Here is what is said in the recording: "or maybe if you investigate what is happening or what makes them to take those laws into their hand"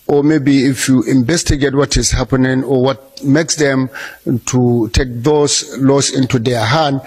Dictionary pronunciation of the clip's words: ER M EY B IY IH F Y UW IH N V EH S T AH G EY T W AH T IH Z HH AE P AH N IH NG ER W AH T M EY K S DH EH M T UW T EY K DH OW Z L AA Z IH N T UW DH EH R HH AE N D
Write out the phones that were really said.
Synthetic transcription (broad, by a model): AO M EY B IY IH F Y UW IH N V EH S T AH G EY T W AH T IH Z HH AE P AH N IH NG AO W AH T M EY K S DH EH M T UW T EY K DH OW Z L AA S IH N T UW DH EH HH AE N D